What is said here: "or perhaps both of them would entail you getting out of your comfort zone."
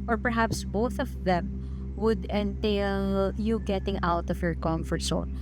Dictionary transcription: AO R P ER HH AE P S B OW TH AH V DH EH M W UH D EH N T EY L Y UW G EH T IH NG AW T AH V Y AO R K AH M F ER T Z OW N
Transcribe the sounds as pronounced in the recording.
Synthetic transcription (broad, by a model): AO R P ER HH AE P S B OW TH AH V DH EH M W UH D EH N T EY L Y UW G EH T IH NG AW T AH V Y AO R K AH M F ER T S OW